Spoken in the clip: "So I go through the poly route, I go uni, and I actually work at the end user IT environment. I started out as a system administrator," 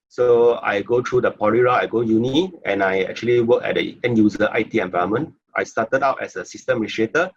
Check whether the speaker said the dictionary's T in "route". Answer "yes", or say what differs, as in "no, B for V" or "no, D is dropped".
no, T is dropped